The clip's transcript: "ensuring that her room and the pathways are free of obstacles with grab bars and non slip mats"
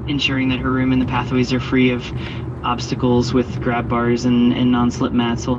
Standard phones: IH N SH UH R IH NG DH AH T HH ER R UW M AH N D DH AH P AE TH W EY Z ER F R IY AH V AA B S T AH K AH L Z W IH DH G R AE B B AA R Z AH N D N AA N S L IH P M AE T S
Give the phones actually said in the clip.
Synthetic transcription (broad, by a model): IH N SH UH R IH NG DH AH T HH ER R UW M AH N DH AH P AE TH W EY Z ER F R IY AH V AA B S T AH K L Z W IH DH G R AE B B AA R Z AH N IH N AA N S L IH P M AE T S